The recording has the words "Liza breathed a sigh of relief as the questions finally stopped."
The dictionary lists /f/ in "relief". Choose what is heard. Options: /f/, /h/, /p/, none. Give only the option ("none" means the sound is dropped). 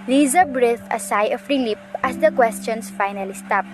/p/